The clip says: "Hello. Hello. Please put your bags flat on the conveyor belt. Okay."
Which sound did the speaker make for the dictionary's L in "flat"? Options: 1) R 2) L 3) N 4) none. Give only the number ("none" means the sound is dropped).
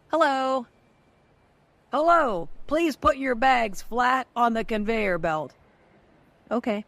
2